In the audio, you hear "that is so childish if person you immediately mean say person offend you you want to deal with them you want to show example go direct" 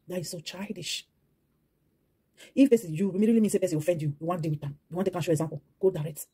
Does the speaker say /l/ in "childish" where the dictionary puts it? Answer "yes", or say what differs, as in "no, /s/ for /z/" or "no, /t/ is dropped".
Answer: yes